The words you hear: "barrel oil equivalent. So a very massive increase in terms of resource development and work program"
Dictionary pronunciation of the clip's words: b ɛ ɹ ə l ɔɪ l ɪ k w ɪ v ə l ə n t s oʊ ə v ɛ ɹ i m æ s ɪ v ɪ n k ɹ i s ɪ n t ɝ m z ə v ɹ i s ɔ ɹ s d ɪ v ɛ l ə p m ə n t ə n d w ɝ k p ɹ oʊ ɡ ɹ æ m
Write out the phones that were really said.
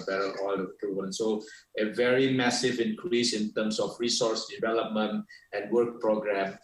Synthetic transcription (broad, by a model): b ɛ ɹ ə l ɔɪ l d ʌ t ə ə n s oʊ ə v ɛ ɹ i m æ s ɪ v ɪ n k ɹ i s ɪ n t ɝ m s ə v ɹ i s ɔ ɹ s d ɪ v ɛ l ə p m ə n t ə n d w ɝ k p ɹ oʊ ɡ ɹ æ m